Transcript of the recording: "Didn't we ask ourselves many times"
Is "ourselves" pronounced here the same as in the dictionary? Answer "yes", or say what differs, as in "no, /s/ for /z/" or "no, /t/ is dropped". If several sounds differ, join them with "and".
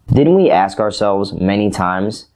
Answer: yes